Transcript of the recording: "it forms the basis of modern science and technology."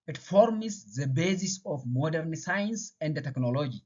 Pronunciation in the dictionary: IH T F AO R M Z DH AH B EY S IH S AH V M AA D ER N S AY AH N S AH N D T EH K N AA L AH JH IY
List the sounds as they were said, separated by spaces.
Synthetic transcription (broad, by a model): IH T F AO R M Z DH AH B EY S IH S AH F M AA D ER N S AY AH N S AH N D T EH K N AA L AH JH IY